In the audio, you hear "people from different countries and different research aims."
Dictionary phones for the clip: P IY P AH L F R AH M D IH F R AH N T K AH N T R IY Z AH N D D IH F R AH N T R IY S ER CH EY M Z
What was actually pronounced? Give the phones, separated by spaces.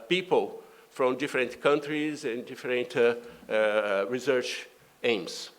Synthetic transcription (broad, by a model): P IY P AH L F R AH M D IH F R AH N T K AH N T R IY Z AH N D D IH F R AH N T R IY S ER CH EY M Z